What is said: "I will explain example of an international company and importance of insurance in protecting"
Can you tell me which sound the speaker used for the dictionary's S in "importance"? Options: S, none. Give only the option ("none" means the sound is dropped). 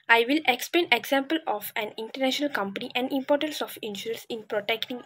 S